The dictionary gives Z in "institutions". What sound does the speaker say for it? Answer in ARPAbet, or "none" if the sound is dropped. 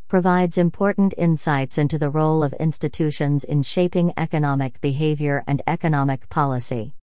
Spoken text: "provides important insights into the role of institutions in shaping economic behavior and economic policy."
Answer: Z